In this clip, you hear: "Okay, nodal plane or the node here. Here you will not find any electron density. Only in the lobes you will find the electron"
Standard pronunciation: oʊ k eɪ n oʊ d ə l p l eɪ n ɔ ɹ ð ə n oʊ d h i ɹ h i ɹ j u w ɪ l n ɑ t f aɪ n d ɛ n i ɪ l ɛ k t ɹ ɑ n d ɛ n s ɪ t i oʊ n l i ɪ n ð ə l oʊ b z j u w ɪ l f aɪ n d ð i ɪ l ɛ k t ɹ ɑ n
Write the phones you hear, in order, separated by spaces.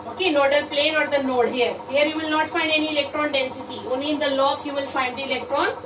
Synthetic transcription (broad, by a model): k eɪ n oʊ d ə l p l eɪ n ɔ ɹ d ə n oʊ d h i ɹ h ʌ ɹ j u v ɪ l n ɑ t f aɪ n d ɛ n i ɪ l ɛ k t ɹ ɑ n d ɛ n s ɪ t i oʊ n i ɪ n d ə l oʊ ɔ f j u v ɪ l f aɪ n d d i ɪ l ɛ k t ɹ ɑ n